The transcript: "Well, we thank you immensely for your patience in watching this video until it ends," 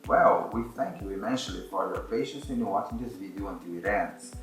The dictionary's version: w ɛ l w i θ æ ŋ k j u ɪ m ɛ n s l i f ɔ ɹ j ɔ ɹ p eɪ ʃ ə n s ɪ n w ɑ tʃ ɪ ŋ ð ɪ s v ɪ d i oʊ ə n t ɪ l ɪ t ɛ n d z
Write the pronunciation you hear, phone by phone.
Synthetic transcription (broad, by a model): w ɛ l w i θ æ ŋ k j u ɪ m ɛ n ʃ l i f ɔ ɹ j ɔ ɹ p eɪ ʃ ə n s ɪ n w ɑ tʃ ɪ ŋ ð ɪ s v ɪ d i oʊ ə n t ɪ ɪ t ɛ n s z